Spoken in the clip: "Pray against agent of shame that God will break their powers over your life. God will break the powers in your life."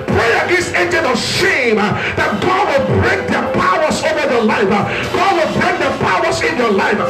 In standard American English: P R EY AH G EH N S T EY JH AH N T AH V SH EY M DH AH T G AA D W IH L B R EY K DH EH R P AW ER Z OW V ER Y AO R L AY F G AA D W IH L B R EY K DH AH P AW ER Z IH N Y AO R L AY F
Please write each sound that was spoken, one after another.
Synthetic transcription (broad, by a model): P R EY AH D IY S EY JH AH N AH SH EY M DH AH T G AA D W IH L B R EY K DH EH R P AW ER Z OW V ER Y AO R L AY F G AA D W IH L B R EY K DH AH P AW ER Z IH N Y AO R L AY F